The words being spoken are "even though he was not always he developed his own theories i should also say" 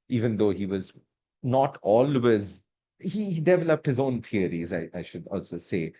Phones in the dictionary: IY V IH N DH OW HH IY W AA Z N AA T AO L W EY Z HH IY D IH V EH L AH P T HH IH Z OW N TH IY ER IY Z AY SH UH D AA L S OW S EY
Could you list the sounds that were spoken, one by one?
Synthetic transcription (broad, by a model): IY V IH N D OW HH IY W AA Z N AA T AO L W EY Z HH IY D IH V EH L AH P T HH IH Z OW N T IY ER IY Z AY SH UH D AA L S OW S EY